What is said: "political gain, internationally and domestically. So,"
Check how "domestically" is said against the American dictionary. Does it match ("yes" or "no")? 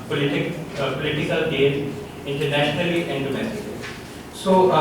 no